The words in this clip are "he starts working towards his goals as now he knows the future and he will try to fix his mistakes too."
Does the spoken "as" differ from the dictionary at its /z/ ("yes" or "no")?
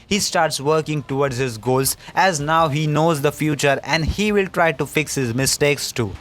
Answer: no